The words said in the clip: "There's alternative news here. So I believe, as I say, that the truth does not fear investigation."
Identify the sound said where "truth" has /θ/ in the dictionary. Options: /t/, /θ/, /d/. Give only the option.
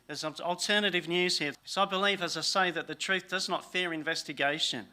/θ/